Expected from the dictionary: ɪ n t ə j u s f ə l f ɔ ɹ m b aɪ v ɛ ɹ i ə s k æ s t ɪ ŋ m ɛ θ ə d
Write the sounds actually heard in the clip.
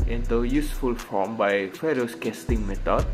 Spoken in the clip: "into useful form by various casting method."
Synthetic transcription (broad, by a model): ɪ n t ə j u s f ə l f ɔ m b aɪ f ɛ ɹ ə s k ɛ s t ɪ ŋ m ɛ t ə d